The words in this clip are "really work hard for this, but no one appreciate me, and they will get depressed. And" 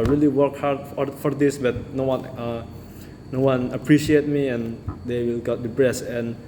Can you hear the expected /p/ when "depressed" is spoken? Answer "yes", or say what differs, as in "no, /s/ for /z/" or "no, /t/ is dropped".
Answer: no, /b/ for /p/